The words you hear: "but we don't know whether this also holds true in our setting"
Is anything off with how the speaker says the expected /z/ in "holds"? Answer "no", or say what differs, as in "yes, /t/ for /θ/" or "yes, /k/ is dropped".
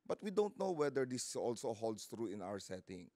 yes, /s/ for /z/